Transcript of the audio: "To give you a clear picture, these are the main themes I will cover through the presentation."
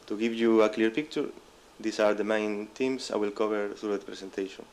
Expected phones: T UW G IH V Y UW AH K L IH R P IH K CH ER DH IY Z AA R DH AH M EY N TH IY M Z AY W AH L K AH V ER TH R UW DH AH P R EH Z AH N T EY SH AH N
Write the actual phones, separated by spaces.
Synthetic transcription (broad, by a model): T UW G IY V Y UW AH K L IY R P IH K CH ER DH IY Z AA R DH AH M EY N T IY M S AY W AH L K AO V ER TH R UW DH P R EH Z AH N T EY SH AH N